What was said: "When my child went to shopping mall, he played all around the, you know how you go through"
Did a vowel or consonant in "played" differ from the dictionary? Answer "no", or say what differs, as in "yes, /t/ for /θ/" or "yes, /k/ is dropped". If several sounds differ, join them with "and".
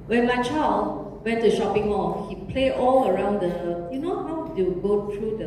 yes, /d/ is dropped